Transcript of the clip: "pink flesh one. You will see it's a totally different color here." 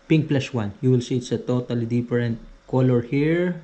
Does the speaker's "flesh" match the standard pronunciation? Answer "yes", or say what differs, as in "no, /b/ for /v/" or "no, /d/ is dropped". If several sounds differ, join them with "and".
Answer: no, /s/ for /ʃ/